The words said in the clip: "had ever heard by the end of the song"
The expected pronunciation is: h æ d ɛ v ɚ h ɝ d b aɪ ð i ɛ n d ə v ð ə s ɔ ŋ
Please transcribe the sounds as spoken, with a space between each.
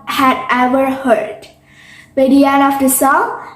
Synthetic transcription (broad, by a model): h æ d ɛ v ɚ h ɝ d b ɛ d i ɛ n ə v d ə s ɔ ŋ